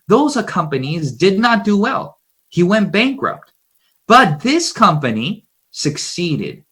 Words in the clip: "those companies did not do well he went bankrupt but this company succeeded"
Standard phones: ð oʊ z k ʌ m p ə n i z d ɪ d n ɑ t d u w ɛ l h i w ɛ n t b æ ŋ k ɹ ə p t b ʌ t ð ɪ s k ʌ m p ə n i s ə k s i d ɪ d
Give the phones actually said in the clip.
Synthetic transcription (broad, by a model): ð oʊ z k ʌ m p ə n i z d ɪ d n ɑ t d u w ɛ l h i w ɛ n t b æ ŋ k ɹ ə p t b ʌ t ð ɪ s k ʌ m p ə n i s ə k s i d ɪ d